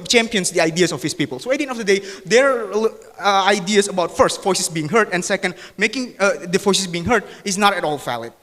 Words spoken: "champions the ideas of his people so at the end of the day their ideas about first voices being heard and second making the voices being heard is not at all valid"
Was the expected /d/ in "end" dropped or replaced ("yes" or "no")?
yes